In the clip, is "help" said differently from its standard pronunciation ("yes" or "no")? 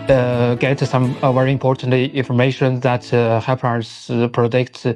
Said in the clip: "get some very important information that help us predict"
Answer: yes